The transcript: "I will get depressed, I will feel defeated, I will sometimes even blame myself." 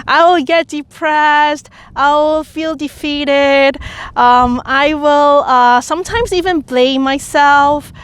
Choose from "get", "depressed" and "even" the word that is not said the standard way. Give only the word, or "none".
none